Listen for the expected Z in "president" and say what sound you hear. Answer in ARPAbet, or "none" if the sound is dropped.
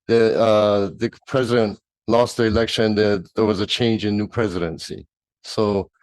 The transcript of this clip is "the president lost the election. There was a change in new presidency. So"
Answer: Z